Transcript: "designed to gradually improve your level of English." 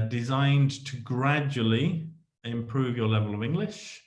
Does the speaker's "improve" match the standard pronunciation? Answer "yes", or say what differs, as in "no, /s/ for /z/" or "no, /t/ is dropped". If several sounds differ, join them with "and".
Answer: yes